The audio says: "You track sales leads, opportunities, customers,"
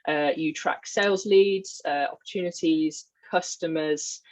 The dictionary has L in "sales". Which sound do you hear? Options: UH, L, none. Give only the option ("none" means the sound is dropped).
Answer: L